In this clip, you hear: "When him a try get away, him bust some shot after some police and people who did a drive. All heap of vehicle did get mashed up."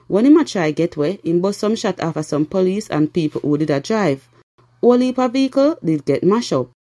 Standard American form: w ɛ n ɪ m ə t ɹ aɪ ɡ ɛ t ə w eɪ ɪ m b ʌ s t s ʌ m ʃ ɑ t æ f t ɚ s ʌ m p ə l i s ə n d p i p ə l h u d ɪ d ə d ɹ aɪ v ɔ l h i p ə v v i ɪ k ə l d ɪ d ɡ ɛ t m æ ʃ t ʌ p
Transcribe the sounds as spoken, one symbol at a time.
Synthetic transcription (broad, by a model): w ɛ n ɪ m ə t ɹ aɪ ɡ ɛ t w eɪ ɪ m b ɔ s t s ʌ m ʃ ɑ t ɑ f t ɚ s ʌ m p ə l i s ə n p i p ə l h u d ɪ d ə d ɹ aɪ v ɔ l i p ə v v i ɪ k ə l d ɪ d ɡ ɛ t m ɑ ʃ ɔ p